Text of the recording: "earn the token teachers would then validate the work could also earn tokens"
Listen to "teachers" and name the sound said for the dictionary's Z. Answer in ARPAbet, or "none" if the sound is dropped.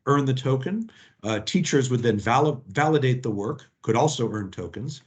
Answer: Z